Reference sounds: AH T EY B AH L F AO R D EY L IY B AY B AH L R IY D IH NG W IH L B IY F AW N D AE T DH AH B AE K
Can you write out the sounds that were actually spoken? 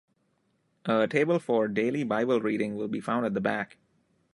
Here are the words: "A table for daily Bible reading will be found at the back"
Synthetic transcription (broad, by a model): AH T EY B AH L F AO R D EY L IY B AY B AH L R IY D IH NG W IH L B IY F AW N D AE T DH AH B AE K